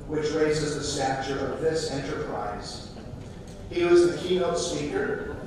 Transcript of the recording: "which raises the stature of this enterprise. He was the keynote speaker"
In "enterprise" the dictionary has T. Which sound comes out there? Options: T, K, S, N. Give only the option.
T